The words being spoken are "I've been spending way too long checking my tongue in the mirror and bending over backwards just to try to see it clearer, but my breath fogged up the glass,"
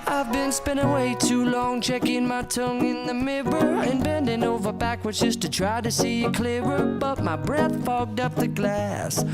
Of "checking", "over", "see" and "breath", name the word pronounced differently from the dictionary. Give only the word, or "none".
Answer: none